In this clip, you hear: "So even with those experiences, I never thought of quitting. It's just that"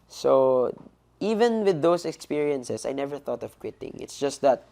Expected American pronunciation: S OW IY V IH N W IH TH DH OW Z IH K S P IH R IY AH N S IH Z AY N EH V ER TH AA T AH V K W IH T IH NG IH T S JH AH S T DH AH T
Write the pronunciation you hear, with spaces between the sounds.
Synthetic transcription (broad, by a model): S OW IY V IH N W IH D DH OW S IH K S P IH R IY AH N S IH S AY N EH V ER TH AA T AH V K W IH T IH NG IH T S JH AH S T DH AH T